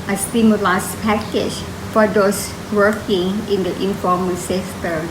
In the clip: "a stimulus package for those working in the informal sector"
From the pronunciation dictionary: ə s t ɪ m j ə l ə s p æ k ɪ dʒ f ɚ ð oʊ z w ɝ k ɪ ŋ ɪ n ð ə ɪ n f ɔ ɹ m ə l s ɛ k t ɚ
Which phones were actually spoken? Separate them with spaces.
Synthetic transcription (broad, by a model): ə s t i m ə l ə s p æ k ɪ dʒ f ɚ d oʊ s w ɝ k ɪ ŋ ɪ n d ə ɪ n f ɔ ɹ m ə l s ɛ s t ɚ